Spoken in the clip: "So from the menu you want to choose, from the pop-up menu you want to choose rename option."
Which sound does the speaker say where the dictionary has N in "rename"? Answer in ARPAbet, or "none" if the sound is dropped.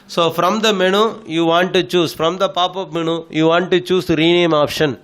N